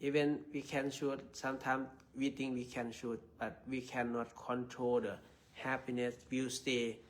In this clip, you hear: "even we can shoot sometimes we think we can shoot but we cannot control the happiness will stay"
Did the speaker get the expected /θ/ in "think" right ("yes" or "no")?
no